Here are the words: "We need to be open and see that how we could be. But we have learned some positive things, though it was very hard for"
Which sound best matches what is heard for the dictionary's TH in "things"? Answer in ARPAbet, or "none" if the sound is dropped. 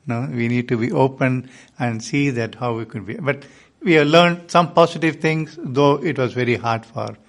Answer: T